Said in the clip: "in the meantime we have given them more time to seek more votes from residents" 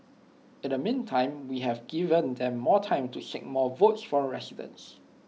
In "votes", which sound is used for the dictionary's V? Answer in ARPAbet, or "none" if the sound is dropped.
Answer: V